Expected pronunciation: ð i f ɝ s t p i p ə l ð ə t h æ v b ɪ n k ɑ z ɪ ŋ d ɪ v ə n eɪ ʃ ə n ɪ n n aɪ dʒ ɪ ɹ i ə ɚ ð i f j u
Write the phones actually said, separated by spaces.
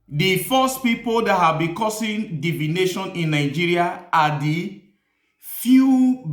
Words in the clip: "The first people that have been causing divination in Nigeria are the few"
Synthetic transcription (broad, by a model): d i f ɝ s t p i p ə l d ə t h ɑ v b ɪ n k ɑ s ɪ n d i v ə n eɪ ʃ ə n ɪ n n aɪ dʒ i ɹ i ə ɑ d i f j u